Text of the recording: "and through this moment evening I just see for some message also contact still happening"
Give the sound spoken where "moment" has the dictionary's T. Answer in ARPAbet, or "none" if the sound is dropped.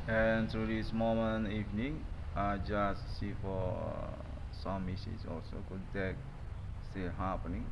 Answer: none